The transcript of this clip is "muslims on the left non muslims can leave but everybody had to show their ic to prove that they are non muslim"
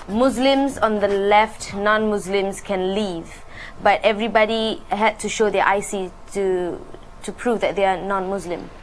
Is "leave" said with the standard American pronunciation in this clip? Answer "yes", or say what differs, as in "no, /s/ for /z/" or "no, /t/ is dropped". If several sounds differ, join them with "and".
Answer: yes